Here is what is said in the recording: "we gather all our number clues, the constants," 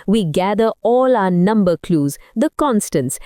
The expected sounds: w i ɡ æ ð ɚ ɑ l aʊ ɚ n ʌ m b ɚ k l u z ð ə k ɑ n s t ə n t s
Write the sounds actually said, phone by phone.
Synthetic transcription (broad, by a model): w i ɡ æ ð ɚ ɑ l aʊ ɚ n ʌ m b ɚ k l u z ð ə k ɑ n s t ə n s